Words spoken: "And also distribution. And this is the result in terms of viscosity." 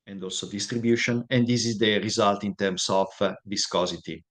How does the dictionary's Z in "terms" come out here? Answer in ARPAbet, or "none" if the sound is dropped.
S